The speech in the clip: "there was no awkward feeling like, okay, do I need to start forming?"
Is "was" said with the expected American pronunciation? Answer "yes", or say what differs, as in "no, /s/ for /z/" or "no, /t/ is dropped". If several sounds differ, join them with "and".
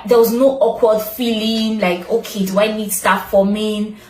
yes